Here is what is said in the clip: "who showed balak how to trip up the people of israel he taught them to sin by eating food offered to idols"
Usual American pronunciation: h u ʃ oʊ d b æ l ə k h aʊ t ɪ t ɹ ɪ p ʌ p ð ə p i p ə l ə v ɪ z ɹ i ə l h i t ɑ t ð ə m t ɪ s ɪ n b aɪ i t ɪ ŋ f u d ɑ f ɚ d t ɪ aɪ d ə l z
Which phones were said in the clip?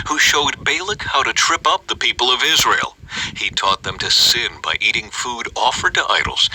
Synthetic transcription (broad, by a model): h u ʃ oʊ d b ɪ l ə k h aʊ t ɪ t ɹ ɪ p ʌ p ð ə p i p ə l ə v ɪ z ɹ i ə l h i t ɑ t ð ə m t ɪ s ɪ n b aɪ i t ɪ ŋ f u d ɑ f ɚ d t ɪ aɪ d l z